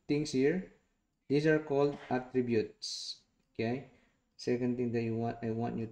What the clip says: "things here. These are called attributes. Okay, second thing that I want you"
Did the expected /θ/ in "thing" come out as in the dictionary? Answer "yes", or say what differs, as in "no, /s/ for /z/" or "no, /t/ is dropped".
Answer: no, /t/ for /θ/